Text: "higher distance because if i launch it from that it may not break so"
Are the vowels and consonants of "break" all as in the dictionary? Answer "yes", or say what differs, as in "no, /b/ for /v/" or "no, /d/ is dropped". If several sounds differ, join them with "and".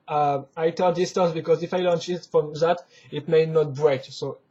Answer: yes